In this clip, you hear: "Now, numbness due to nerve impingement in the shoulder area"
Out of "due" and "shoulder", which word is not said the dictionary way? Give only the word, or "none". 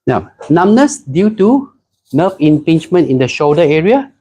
shoulder